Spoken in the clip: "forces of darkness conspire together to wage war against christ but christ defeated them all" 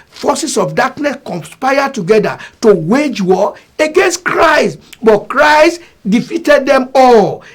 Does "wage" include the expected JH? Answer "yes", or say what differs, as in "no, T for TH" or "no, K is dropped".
yes